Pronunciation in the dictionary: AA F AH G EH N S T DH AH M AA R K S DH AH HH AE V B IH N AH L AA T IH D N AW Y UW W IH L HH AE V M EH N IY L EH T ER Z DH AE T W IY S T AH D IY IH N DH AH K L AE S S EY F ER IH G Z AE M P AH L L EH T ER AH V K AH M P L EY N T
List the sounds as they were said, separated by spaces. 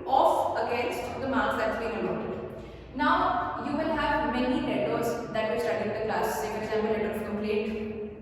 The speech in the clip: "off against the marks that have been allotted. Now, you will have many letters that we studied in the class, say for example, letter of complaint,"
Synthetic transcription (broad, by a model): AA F AH G EH N S T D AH M AA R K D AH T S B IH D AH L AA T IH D N AW Y UW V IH L HH AE V M EH N IY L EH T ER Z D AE T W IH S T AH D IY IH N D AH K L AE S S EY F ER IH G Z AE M AH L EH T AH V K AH M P L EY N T